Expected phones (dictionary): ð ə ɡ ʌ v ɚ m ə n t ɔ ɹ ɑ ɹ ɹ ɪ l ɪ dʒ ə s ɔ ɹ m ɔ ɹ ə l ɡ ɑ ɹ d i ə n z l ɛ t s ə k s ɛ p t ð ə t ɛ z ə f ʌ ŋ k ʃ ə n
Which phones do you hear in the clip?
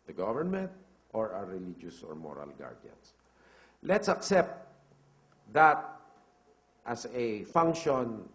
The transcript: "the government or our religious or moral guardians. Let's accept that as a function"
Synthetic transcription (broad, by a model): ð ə ɡ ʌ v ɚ m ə n t ɔ ɹ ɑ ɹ ɹ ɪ l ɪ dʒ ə s ɔ ɹ m ɔ ɹ ə l ɡ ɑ ɹ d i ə n s l ɛ t s ə k s ɛ p t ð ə t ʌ s ə f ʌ ŋ k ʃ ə n